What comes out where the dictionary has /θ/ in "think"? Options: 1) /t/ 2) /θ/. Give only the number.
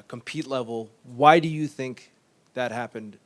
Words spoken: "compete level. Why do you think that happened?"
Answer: 2